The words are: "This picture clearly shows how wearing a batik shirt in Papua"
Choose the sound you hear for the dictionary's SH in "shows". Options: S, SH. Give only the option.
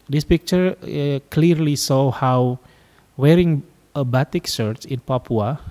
S